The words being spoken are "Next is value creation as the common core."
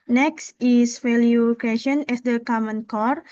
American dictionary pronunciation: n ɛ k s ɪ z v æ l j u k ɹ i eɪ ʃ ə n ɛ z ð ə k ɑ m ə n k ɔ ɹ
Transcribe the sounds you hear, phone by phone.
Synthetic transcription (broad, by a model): n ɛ k s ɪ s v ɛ l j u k i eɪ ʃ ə n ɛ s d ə k ɑ m ə n k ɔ ɹ